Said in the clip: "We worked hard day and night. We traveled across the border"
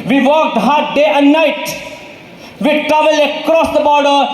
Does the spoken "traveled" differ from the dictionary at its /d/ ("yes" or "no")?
yes